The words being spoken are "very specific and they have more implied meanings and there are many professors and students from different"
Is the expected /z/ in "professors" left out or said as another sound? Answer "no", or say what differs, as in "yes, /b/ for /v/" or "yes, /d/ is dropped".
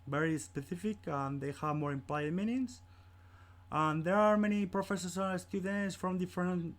yes, /s/ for /z/